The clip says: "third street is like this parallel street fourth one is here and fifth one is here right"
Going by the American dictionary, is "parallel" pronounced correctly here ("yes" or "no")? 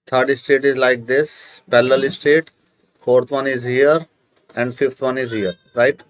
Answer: no